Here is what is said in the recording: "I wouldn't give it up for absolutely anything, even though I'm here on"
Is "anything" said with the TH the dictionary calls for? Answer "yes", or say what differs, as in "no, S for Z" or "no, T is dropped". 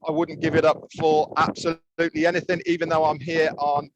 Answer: yes